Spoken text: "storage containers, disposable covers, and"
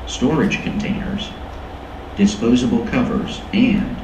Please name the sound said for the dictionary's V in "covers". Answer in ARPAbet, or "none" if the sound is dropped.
V